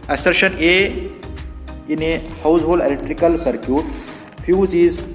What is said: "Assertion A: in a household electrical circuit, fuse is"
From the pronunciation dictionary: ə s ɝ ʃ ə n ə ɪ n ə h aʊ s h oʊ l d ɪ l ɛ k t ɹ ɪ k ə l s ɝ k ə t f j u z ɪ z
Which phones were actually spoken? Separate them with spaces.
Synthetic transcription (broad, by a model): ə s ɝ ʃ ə n ə ɪ n ə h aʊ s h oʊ l ɪ l ɛ k t ɹ ɪ k ə l s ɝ k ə t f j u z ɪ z